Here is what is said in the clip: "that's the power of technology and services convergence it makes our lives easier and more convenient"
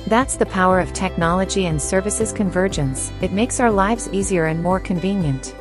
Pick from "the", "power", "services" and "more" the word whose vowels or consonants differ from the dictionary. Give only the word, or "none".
none